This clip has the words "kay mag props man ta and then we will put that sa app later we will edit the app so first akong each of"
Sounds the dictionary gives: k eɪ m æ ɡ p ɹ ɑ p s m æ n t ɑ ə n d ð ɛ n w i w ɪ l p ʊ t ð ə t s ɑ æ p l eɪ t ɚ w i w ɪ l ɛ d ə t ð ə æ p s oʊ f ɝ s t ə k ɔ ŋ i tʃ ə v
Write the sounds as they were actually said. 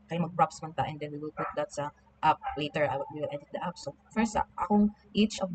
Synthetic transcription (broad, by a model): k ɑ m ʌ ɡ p ɹ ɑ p s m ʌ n t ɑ ə n d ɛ n w i w ɪ l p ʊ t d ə t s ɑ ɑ p l eɪ t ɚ w i w ɪ l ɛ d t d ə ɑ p s oʊ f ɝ s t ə ɔ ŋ i tʃ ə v